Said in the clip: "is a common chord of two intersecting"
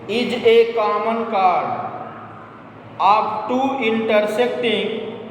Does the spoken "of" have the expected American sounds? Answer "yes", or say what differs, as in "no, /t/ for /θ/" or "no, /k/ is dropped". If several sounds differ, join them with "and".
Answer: no, /b/ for /v/